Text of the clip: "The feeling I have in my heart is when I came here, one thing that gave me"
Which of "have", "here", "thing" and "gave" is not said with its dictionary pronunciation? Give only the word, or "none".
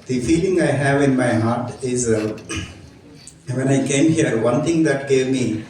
thing